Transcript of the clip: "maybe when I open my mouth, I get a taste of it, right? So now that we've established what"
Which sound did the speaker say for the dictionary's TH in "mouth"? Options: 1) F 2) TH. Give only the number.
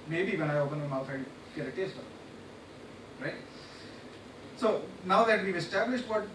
1